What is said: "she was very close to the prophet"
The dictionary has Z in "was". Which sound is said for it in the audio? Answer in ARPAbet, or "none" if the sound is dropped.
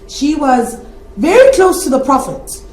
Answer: Z